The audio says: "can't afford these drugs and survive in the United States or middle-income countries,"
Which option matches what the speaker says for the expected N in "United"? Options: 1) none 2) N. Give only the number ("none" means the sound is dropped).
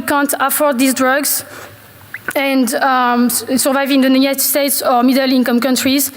1